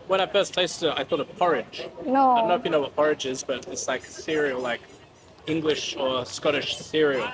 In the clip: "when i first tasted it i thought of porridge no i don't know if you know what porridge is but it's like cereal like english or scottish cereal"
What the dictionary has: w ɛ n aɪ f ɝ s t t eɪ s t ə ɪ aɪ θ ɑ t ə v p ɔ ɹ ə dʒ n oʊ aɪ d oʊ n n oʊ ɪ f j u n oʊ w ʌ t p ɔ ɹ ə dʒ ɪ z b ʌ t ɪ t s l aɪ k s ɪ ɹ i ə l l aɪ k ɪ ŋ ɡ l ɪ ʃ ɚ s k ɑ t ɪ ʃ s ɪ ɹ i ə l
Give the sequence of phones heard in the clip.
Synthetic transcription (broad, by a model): w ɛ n aɪ f ɝ s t t eɪ s t ə ɪ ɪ θ ɑ t ə v p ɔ ɹ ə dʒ n oʊ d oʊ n n oʊ ɪ f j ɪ n oʊ w ʌ t p ɔ ɹ ə dʒ ɪ z b ʌ t ɪ t s l aɪ k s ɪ ɹ i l l aɪ k ɪ ŋ ɡ l ɪ ʃ ɚ s k ɑ t ɪ ʃ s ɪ ɹ i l